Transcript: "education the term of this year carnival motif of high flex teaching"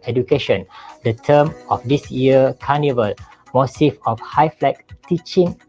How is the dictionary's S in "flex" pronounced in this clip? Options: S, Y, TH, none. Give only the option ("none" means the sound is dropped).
none